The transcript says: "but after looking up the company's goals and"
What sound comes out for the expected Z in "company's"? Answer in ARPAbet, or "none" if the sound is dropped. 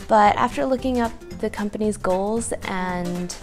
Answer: Z